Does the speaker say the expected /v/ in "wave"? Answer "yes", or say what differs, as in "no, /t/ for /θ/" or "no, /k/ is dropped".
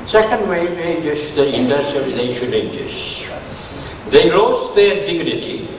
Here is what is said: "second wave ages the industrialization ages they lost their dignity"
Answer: no, /v/ is dropped